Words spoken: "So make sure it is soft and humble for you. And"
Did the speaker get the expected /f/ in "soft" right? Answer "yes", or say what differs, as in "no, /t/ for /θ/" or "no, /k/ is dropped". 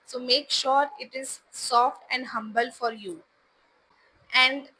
yes